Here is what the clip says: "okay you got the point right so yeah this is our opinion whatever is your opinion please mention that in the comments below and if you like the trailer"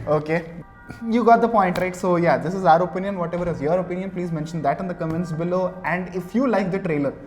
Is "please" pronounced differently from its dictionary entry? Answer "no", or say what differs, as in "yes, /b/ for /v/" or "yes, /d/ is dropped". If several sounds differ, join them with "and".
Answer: no